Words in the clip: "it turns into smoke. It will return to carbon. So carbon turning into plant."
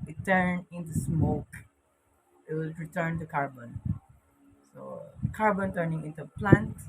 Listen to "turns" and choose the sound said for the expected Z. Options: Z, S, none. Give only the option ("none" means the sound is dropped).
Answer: none